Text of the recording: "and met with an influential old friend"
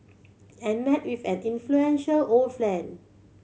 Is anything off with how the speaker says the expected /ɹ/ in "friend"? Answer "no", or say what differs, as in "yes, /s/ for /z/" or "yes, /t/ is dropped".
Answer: yes, /l/ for /ɹ/